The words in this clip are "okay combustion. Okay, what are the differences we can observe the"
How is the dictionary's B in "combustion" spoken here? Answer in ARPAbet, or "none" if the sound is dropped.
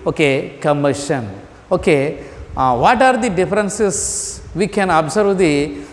none